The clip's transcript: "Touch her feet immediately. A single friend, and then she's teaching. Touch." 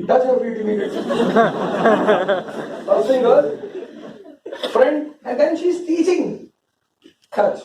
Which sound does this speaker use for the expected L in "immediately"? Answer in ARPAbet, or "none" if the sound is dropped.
none